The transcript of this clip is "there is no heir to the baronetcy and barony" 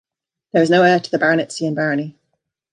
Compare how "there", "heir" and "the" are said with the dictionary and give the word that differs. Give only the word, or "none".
there